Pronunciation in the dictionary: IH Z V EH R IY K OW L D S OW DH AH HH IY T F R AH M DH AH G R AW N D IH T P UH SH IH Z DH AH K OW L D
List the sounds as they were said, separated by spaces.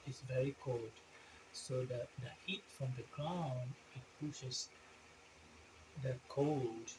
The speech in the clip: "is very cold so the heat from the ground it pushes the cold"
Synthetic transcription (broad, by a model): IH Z V EH R IY K OW L D S OW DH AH HH IY T F R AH M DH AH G R AW N IH T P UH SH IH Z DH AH K OW L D